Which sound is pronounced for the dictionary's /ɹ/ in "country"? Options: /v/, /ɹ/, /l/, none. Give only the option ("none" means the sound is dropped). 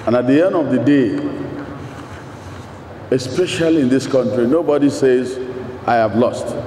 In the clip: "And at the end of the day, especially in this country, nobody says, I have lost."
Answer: /ɹ/